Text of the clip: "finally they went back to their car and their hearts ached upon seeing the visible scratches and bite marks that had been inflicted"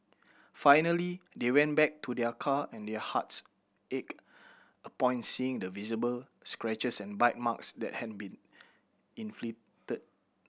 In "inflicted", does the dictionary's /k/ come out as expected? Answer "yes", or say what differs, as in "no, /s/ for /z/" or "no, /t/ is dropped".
no, /k/ is dropped